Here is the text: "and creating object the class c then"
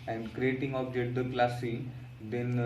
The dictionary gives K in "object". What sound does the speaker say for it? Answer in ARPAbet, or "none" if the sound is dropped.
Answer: none